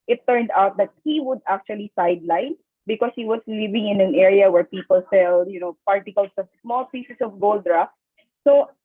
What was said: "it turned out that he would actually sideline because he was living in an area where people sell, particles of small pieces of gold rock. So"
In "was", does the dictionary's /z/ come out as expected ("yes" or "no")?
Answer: no